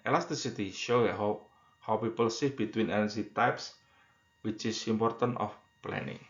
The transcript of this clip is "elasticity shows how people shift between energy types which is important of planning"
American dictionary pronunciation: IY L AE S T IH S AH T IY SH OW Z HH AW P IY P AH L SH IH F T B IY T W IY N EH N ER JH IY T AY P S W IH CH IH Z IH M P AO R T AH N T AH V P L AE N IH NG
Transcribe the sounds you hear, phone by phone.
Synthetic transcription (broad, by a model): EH L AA S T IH S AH T IY SH OW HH HH AW P IY P AH L S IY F B IY T W IY N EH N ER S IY T AY P S W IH CH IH S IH M P AO R T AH N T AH F P L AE N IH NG